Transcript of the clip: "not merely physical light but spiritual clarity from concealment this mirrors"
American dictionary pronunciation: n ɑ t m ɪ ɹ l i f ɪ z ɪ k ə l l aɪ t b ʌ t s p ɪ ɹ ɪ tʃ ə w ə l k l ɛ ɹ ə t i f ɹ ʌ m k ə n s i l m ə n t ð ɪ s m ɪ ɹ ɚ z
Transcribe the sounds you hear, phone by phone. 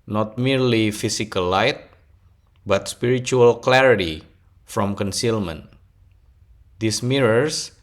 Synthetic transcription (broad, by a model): n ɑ t m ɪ ɹ l i f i s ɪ k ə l l aɪ t b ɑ t s p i ɹ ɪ tʃ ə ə l k l ɛ ɹ ə t i f ɹ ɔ m k ə n s i l m ə n t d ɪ s m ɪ ɹ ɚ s